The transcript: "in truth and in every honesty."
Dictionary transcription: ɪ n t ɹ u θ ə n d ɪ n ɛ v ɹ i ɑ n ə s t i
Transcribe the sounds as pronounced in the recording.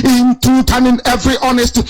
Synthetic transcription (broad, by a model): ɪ n t u t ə n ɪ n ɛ v ɹ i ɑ n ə s t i